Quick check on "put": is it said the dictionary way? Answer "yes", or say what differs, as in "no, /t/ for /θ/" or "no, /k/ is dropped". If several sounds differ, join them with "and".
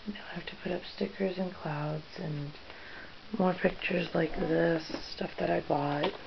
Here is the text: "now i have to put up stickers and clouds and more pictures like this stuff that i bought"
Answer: yes